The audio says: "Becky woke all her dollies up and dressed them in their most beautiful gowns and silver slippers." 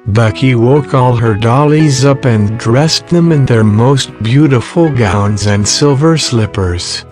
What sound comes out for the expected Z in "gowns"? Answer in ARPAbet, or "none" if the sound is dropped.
Z